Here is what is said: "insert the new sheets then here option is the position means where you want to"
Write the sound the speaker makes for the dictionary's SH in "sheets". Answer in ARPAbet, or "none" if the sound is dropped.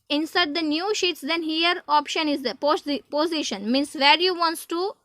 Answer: SH